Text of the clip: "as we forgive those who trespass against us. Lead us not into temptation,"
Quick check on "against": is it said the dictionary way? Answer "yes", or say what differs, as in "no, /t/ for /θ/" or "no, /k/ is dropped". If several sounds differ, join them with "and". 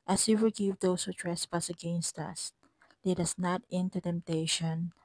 yes